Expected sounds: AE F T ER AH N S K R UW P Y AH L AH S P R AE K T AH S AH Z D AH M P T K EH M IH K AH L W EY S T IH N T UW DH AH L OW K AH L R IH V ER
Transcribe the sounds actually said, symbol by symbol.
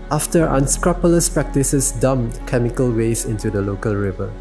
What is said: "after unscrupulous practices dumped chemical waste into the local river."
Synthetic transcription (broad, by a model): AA F T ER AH N S K R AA P Y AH L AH S P R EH K T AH S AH S D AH M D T K EH M IH K AH L W EY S IH N T UW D AH L OW K AH L R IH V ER